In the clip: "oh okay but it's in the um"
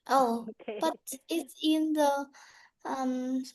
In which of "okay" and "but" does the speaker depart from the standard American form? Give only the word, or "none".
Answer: okay